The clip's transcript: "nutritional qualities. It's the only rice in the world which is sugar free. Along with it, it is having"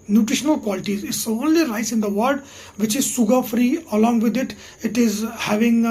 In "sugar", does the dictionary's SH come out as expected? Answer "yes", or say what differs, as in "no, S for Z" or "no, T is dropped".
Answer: no, S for SH